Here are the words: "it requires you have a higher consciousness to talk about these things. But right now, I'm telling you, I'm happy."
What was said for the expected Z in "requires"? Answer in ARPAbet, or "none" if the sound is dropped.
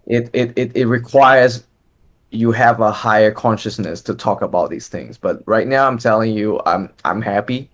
Z